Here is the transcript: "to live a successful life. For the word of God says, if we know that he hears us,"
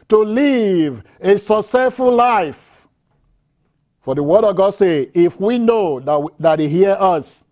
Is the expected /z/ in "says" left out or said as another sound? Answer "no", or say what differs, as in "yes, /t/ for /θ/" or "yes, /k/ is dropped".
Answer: yes, /z/ is dropped